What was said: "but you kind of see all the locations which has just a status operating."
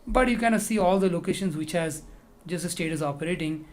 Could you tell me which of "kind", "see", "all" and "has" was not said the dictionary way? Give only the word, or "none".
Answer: kind